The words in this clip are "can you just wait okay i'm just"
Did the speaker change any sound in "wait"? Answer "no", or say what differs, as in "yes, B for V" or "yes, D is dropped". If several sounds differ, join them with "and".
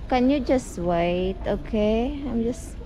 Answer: no